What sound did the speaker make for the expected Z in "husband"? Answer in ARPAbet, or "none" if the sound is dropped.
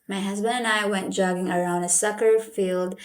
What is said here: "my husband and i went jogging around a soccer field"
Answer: Z